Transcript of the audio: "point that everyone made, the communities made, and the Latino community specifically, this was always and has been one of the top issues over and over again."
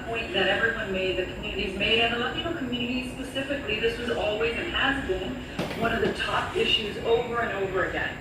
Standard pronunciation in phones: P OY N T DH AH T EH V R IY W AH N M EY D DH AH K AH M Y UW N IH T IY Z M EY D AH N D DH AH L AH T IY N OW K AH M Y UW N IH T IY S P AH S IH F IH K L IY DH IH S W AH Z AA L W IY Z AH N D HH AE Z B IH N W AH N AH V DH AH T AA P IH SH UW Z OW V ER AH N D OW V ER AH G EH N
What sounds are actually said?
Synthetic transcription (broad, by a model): P OY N DH AH T EH V R IY W AH N M EY D DH AH K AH M Y UW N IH T IY Z M EY D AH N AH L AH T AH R K AH M Y UW N IH T IY S P AH S IH F IH K L IY DH IH S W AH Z AA L W IY Z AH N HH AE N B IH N W AH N AH V DH AH T AA P IH SH UW Z OW V ER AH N OW V ER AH G EH N